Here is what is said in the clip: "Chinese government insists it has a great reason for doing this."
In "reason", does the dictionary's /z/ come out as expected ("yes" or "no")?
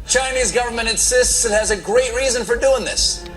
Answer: yes